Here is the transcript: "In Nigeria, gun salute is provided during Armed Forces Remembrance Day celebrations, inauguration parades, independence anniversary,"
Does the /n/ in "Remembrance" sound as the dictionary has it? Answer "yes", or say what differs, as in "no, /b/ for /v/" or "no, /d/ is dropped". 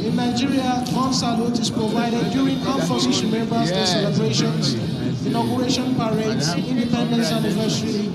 no, /n/ is dropped